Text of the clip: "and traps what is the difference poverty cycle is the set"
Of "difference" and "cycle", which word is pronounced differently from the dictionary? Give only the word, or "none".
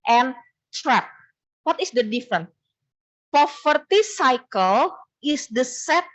difference